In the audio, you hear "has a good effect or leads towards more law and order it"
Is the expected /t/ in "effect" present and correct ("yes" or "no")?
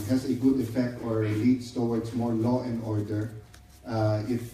yes